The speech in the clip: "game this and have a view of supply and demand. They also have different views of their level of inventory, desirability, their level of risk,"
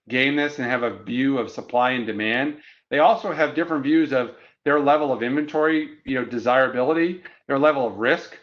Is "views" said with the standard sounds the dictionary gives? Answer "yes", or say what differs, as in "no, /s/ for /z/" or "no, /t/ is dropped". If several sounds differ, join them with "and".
yes